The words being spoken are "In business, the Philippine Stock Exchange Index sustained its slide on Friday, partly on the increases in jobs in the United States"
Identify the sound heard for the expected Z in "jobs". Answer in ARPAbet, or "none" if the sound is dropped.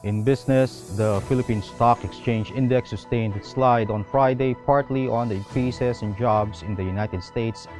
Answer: S